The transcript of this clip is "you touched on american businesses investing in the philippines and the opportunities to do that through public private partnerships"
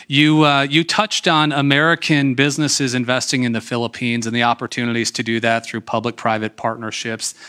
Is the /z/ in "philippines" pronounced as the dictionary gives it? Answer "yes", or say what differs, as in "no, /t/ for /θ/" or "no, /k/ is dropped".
yes